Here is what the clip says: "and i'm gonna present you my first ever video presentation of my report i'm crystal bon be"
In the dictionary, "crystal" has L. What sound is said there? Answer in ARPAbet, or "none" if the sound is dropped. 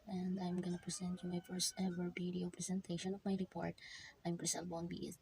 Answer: N